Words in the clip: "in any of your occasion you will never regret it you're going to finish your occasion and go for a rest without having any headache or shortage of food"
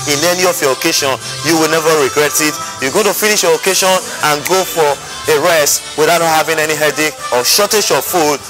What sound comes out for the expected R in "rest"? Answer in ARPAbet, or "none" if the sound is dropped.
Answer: R